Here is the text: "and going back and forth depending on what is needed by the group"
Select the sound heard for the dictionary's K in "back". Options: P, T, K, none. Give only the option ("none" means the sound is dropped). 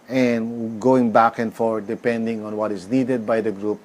K